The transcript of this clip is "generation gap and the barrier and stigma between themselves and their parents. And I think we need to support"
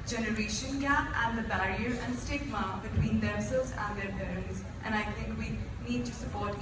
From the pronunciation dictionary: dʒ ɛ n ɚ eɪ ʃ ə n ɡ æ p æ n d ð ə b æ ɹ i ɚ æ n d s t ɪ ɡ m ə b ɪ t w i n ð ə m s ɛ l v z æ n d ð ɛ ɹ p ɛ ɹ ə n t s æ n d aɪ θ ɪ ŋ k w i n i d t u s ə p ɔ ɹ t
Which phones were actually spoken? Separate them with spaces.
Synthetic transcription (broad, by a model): dʒ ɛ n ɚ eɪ ʃ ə n ɡ æ p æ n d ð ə b æ ɹ i ɚ æ n d s t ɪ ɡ m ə b ɪ t w i n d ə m s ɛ l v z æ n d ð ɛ ɹ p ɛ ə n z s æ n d aɪ t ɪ ŋ k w i n i d t u s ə p ɔ ɹ t